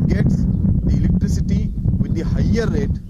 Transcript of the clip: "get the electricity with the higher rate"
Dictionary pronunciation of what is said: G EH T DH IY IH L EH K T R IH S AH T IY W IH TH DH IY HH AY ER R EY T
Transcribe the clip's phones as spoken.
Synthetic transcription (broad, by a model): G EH T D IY IH L EH K T R IH S AH T IY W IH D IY HH AY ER R EY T